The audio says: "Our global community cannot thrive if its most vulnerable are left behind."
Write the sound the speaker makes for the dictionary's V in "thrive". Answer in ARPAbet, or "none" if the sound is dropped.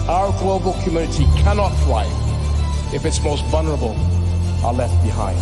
none